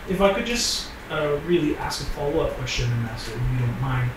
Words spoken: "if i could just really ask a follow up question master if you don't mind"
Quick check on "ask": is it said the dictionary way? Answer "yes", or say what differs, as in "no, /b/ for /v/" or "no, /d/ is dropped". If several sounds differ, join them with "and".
yes